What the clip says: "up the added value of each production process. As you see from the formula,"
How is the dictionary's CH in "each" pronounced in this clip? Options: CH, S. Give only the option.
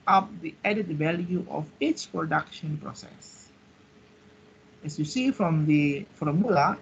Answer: S